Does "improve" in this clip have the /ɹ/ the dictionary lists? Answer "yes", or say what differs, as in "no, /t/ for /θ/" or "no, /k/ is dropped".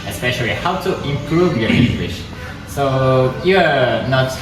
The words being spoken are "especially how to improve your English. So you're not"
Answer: yes